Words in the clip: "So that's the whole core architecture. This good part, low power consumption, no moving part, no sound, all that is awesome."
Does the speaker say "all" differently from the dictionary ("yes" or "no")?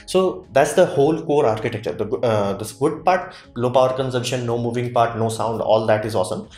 no